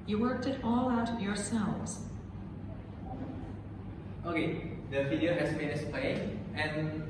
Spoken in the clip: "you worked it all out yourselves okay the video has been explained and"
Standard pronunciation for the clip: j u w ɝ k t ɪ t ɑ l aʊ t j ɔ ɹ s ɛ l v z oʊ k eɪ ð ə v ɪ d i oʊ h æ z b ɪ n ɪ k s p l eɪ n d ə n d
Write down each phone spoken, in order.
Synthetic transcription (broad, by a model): j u w ɝ k t ɪ t ɑ l aʊ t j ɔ ɹ s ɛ l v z oʊ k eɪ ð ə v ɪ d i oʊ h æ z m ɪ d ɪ s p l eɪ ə n